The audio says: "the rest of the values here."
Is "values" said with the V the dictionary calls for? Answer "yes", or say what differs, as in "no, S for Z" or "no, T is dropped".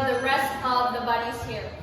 no, B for V